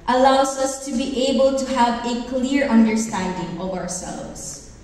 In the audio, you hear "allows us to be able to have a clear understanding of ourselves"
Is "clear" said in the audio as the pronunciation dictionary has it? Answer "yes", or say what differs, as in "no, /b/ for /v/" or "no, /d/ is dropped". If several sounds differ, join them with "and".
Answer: yes